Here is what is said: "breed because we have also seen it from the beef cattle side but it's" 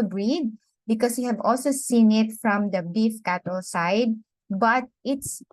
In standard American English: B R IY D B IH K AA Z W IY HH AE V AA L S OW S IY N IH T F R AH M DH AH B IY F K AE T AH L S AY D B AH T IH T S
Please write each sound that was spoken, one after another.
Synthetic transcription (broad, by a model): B R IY D B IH K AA S W IY HH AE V AA L S OW S IY N IH T F R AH M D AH B IY F K AE T AH L S AY D B AH T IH T S